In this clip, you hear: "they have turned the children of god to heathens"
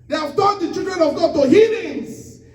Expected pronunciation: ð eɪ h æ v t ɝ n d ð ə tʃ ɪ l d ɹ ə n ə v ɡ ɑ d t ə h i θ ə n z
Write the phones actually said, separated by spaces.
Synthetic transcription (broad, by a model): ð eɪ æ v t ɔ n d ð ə tʃ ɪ d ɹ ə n ə v ɡ ɑ d t ə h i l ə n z